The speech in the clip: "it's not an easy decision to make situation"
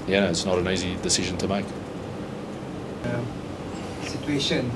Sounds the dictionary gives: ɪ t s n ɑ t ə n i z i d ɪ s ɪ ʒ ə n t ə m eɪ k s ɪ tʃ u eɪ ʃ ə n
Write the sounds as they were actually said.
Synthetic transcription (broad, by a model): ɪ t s n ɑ t ə n i z i d ɪ s ɪ ʒ ə n t ə m eɪ k s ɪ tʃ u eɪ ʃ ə n